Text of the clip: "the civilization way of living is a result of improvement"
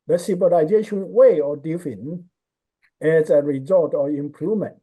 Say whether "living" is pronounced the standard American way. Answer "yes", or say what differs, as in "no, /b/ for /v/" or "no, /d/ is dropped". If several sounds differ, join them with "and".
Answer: no, /f/ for /v/